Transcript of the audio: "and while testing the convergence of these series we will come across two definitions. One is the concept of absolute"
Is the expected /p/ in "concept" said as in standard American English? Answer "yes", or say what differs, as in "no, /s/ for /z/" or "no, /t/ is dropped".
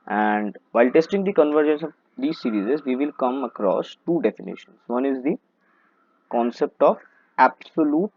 yes